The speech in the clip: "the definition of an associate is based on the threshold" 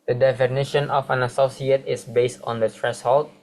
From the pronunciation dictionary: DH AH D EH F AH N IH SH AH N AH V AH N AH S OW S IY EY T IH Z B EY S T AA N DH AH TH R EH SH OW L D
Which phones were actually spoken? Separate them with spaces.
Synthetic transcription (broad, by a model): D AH D EH F AH N IH SH AH N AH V AH N AH S OW S IY EY T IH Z B EY S T AA N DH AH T R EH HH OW L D